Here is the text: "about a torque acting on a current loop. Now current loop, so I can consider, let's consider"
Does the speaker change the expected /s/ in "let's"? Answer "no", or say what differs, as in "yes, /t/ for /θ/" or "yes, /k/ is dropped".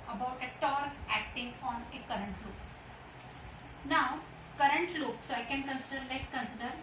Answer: yes, /s/ is dropped